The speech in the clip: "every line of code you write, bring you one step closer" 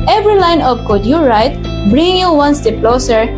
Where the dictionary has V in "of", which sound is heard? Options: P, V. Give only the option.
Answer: P